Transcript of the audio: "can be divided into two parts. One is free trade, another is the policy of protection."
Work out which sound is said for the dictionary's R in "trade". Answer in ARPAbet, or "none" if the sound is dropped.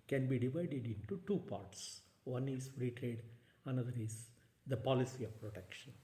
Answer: R